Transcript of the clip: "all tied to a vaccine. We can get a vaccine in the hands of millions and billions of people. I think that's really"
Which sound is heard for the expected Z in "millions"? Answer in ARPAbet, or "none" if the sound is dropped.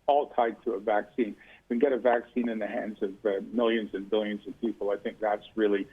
Z